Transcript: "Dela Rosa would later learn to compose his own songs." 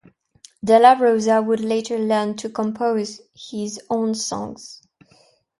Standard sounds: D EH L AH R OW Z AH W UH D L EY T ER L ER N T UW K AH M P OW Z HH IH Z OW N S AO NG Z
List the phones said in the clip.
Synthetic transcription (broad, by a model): D EH L AH R OW Z AH W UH D L EY T ER L ER N T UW K AH M P OW Z HH IH Z OW N S AO NG Z